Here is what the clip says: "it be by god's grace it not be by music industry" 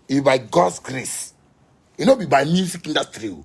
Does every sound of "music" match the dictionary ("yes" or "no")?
no